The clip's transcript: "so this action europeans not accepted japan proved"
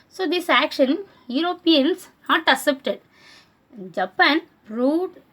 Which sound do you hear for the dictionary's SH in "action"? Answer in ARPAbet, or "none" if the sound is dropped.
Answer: SH